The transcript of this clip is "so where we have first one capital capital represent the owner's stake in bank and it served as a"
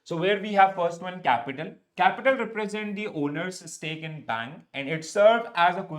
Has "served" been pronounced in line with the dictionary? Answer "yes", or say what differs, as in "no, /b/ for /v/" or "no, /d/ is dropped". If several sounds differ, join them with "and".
no, /d/ is dropped